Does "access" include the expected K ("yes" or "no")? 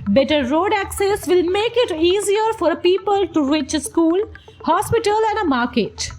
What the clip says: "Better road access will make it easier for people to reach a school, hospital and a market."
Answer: yes